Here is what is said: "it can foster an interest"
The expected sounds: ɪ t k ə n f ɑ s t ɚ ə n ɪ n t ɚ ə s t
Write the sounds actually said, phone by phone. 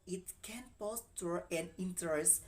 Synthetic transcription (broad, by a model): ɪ t k ə n p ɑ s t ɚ ə n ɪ n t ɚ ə s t